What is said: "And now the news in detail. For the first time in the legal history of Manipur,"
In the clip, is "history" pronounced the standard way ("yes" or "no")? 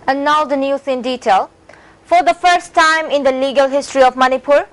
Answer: yes